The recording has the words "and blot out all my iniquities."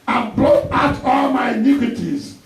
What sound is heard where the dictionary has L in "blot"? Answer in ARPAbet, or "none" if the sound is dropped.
none